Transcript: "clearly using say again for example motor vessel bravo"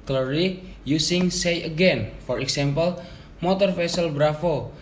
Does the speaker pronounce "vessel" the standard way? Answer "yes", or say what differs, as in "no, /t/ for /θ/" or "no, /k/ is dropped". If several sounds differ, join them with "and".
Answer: no, /f/ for /v/